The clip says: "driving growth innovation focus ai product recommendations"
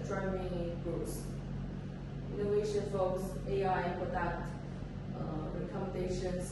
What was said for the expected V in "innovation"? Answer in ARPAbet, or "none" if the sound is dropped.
none